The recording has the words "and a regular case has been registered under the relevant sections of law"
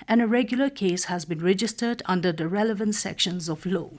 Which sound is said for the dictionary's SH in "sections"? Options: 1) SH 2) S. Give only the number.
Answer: 1